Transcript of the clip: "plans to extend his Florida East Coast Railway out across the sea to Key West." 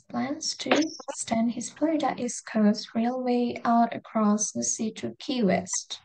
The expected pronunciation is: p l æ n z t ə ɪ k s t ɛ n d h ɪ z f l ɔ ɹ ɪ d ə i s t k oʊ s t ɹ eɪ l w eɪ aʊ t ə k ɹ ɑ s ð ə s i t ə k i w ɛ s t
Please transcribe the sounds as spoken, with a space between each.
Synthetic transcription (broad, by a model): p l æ n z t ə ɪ s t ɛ n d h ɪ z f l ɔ ɪ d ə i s k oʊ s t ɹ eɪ l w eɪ aʊ t ə k ɹ ɑ s ð ə s i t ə k i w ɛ s t